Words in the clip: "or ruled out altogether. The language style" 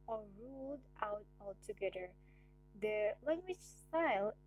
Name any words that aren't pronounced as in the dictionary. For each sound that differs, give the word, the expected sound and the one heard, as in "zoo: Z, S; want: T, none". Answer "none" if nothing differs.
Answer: none